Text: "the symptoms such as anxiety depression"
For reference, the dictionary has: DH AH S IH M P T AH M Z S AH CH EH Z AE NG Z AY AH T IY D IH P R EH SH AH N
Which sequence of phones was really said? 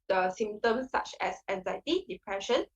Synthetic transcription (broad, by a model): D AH S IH M T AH M S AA CH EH S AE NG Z AY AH T IY D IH P R EH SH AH N